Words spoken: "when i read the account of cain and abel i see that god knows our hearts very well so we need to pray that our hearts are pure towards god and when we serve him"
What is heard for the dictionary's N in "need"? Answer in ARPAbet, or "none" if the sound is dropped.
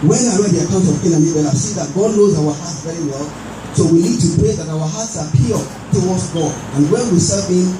L